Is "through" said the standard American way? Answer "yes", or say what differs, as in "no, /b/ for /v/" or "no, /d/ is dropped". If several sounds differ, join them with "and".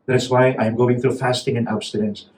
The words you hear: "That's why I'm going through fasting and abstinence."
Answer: yes